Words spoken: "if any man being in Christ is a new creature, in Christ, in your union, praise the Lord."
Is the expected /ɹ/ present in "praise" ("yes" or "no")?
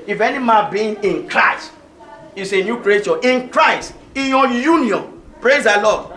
yes